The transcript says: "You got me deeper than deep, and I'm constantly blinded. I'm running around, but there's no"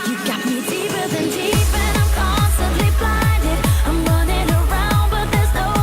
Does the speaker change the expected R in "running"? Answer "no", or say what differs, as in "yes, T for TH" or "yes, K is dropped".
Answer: yes, W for R